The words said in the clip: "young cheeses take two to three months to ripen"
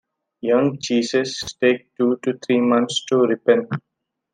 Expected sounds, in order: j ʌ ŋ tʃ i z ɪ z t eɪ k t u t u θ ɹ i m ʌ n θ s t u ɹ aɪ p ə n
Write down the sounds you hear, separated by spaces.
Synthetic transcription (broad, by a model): j ʌ ŋ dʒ i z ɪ s t eɪ k t u t u t ɹ i m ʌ n t s t u ɹ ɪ p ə n